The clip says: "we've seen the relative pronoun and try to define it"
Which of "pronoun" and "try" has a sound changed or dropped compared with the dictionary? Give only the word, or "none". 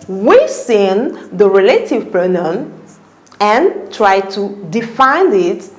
pronoun